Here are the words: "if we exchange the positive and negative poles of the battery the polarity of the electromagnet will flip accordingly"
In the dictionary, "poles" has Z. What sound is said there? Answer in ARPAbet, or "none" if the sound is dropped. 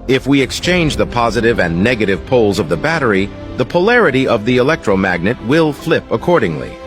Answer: Z